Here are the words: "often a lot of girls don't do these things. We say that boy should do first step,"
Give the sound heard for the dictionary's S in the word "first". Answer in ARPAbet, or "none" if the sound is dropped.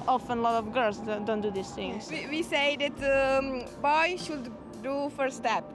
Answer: none